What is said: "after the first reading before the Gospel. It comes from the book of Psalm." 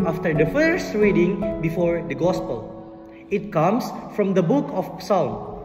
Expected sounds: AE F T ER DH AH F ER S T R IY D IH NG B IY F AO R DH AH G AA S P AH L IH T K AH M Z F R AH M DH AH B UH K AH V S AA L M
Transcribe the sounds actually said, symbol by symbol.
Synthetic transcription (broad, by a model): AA F T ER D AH F ER S T R IY D IH NG B IY F AO R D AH G AA S P AH L IH T K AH M S F R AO M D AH B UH K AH P S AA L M